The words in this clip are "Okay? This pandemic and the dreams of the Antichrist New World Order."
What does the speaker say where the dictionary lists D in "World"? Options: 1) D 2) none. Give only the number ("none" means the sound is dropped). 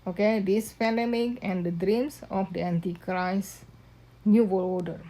2